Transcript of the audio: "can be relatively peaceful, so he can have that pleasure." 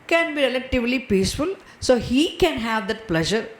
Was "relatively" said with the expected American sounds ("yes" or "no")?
yes